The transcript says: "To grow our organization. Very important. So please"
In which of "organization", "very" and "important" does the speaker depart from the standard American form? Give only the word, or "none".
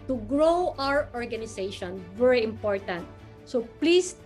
organization